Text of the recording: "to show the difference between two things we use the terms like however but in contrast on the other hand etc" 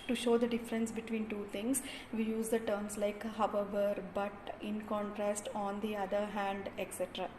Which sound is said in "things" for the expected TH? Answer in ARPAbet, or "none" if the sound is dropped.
T